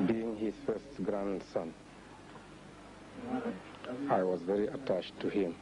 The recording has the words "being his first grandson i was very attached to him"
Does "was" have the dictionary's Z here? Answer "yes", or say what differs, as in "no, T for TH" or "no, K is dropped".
yes